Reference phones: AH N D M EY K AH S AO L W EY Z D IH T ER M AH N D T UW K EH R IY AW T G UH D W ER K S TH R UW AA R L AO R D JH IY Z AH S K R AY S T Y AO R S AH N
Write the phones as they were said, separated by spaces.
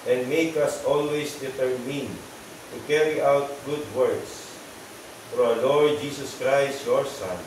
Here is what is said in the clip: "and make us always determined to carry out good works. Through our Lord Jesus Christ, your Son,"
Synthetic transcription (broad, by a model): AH N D M EY K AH S AO L W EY S D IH T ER M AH N T UW K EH R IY AW T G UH D W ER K S F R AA L AO R D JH IY S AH S K R AY S T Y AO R S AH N